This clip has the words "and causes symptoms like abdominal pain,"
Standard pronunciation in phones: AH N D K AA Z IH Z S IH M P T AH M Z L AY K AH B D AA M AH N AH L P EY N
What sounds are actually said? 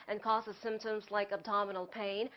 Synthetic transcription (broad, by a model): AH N K AA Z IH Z S IH M P T AH M Z L AY K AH B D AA M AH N L P EY N